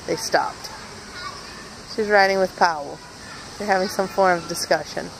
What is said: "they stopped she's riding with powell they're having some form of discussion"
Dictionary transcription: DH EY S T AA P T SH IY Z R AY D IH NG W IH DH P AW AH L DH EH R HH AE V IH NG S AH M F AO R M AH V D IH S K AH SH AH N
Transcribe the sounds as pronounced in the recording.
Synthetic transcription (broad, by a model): DH EY S T AA P T SH IY Z R AY D IH NG W IH DH P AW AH L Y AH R HH AE V IH NG S AH M F AO R M AH V D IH S K AH SH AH N